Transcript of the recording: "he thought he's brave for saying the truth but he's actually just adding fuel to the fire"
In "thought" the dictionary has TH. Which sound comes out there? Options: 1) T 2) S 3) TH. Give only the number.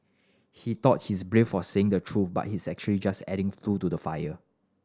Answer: 1